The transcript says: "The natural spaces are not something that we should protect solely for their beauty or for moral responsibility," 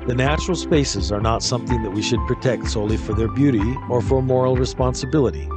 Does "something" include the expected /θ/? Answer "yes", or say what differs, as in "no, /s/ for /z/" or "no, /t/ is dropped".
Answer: yes